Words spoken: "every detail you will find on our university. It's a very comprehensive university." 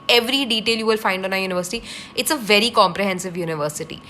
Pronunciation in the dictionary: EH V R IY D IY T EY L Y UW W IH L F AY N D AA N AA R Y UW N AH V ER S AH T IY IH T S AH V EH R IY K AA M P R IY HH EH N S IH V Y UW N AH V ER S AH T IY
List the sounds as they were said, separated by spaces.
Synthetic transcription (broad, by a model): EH V R IY D IY T EY L Y UW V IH L F AY N D AA N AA Y UW N AH V ER S AH T IY IH T S AH V EH R IY K AA M P R IY HH EH N S IH V Y UW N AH V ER S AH T IY